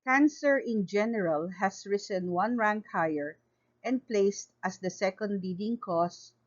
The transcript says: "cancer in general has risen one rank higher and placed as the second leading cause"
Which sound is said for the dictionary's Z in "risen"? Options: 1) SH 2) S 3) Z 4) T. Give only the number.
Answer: 2